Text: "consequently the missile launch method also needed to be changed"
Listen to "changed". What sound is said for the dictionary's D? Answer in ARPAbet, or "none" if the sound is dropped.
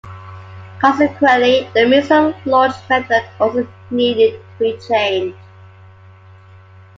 none